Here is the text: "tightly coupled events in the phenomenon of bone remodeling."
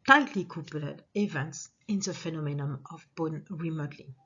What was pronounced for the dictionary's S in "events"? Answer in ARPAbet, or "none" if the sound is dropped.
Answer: S